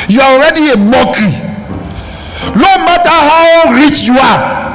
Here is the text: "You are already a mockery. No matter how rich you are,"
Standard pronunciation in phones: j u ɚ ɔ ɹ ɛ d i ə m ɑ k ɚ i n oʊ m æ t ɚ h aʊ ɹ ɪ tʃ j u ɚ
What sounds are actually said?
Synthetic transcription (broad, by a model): j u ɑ ɔ ɹ ɛ d i ə m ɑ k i l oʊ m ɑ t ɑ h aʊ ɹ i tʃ j u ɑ